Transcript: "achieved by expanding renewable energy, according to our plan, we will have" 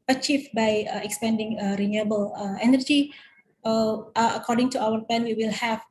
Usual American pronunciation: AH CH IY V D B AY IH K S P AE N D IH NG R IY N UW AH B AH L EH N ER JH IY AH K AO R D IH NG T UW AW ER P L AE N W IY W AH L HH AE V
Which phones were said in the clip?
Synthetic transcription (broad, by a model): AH CH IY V B AY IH K S P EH N D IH NG R IY N UW AH B AH L EH N ER JH IY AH K AO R D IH NG T UW AW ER P L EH N W IY W AH L HH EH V